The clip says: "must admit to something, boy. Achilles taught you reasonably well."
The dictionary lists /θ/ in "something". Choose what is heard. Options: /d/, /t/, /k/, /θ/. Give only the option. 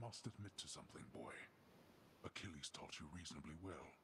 /θ/